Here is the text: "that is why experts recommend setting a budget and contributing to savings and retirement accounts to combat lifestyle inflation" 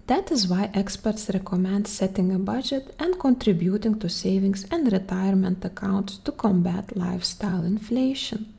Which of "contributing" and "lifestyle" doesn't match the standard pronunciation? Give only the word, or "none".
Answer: none